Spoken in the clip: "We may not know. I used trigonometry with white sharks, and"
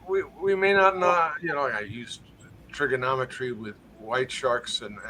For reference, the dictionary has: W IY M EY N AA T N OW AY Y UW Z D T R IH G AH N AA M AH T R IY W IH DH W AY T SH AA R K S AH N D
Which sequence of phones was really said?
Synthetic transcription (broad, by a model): W IY M EY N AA T N OW AY Y UW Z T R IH G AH N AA M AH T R IY W IH DH W AY T SH AA R K S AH N